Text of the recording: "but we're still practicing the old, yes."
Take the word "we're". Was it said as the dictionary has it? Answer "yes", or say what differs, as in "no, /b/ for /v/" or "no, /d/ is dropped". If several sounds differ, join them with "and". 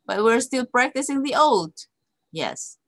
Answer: yes